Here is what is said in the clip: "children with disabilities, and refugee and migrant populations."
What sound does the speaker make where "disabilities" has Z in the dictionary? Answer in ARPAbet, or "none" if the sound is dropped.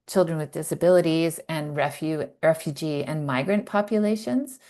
Z